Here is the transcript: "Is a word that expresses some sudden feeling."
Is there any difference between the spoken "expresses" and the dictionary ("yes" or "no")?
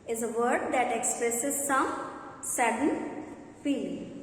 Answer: no